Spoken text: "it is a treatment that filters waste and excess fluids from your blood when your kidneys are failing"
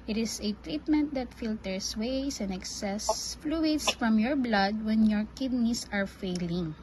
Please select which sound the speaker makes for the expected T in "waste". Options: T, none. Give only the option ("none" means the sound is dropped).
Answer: none